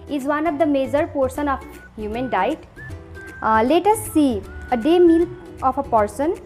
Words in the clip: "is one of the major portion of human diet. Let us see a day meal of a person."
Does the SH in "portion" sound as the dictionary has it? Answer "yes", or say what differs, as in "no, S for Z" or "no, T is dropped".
no, S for SH